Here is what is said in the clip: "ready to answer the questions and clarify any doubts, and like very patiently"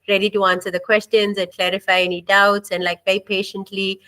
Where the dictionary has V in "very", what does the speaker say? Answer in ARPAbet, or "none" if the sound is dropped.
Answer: B